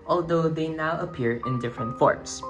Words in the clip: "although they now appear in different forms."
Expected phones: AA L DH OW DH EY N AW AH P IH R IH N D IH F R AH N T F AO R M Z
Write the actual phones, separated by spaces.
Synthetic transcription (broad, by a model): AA L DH OW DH EY N AW AH P IH R IH N D IH F R AH N T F AO R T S